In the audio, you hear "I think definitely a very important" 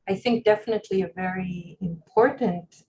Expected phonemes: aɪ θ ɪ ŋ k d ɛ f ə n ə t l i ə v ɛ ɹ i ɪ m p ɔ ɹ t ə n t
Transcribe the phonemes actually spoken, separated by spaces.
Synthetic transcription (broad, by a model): aɪ θ ɪ ŋ k d ɛ f ə n ə t l i ə v ɛ ɹ i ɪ m p ɔ ɹ t n t